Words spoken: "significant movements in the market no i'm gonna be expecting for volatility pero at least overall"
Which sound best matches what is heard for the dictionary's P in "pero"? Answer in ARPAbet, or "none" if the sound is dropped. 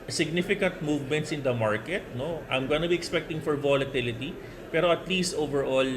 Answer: P